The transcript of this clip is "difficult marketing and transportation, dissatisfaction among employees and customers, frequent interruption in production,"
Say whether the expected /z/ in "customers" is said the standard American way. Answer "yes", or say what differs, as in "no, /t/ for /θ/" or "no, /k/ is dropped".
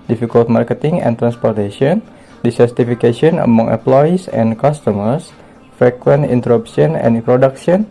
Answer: no, /s/ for /z/